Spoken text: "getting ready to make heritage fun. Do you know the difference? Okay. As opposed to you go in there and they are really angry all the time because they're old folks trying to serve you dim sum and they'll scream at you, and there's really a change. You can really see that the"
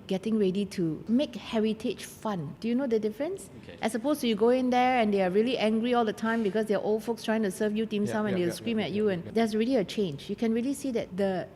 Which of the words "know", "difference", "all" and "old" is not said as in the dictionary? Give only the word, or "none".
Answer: none